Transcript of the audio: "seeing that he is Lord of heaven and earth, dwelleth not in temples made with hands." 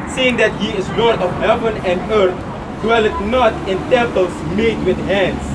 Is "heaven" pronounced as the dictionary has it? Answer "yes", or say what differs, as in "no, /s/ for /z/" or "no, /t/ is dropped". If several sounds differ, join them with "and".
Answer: yes